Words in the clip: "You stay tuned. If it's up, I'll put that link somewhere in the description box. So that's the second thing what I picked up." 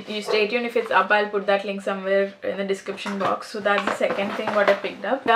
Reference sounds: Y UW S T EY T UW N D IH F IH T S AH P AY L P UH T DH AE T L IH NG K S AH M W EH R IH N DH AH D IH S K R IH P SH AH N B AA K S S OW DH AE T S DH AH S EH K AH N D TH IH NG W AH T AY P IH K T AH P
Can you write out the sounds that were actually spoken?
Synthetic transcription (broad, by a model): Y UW S T EY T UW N IH F IH T S AH P AY L P UH T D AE T L IH NG K S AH M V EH R IH N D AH D IH S K R IH P SH AH N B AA K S S OW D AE T S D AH S EH K AH N D T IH NG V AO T AY P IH K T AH P